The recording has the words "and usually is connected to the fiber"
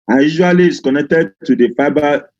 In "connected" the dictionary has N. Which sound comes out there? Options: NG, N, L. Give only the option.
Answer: N